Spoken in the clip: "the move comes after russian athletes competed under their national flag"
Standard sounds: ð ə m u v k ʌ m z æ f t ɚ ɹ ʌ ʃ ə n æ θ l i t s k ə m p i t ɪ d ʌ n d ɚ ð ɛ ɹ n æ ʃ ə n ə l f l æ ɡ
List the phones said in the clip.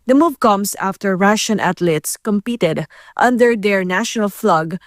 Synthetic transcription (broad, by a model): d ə m u v k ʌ m s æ f t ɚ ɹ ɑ ʃ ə n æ t l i t s k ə m p i t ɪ d ʌ n d ɚ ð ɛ ɹ n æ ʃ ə n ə l f l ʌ ɡ